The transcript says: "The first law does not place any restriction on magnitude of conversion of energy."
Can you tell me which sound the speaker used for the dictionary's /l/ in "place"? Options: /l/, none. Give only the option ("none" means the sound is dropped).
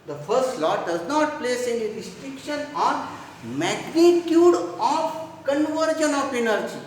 /l/